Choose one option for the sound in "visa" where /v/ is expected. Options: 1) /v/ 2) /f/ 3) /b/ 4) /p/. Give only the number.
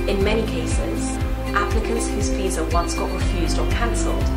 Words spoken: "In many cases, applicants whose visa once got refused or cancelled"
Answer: 4